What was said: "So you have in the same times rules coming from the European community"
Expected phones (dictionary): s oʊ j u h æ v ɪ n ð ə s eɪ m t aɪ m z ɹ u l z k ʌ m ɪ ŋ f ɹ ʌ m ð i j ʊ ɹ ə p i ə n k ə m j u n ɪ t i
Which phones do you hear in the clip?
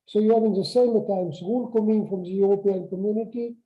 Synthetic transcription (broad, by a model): s oʊ j u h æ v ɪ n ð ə s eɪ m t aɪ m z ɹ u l k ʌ m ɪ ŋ f ɹ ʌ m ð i j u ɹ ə p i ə n k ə m j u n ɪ t i